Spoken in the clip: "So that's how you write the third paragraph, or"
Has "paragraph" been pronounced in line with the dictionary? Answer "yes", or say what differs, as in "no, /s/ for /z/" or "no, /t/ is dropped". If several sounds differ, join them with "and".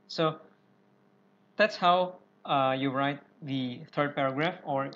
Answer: yes